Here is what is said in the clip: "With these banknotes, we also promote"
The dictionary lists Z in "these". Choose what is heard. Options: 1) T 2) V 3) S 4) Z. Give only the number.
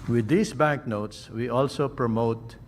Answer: 3